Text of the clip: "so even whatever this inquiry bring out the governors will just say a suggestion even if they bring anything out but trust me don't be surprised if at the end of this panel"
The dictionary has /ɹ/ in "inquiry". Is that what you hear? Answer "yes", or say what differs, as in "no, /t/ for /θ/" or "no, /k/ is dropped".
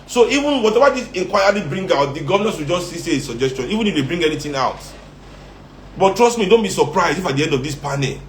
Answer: no, /l/ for /ɹ/